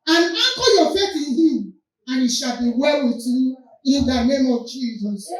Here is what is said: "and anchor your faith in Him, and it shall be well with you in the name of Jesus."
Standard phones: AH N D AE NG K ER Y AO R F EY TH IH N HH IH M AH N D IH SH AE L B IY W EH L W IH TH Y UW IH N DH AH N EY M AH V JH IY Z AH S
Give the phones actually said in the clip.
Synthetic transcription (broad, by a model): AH N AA K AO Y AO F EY T IH N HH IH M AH N IH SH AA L B IY W EH L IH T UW IH N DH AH N EY M AH V JH IY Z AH S